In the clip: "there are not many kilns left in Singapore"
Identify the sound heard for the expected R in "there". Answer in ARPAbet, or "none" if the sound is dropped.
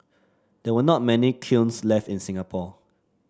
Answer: W